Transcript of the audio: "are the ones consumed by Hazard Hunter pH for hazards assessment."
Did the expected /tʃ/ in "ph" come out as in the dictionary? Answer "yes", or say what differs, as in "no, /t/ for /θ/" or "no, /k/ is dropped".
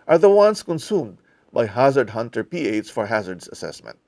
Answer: no, /s/ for /tʃ/